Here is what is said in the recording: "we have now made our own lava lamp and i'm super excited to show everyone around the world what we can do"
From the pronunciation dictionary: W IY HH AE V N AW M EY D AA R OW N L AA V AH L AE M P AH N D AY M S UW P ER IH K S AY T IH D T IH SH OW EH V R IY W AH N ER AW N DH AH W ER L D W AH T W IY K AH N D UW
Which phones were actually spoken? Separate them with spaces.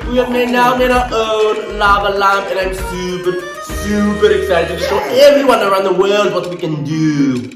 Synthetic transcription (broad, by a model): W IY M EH N AW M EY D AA OW N L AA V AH L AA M AH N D AY M S UW P ER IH K S AY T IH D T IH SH OW EH V R IY W AH N ER AW N DH AH W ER L D W AH T W IY K AH N D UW